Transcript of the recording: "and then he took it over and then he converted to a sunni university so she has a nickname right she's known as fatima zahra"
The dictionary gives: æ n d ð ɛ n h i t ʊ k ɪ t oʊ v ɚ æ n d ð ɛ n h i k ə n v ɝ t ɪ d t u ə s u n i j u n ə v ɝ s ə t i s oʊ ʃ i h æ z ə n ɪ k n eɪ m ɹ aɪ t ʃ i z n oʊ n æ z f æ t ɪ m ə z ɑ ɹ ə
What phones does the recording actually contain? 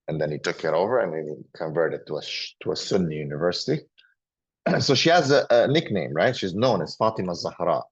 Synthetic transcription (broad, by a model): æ n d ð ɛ n h i t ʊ k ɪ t oʊ v ɚ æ n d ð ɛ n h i k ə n v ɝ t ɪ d t u ə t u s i j u n ə v ɝ s ə t i s oʊ ʃ i h æ z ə n ɪ k n eɪ m ɹ aɪ t ʃ i z n oʊ n æ z f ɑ t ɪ m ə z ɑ ɹ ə